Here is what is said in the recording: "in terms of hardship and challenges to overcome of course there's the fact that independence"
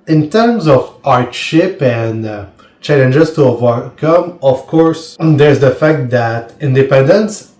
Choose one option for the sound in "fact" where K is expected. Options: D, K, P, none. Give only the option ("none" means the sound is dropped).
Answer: K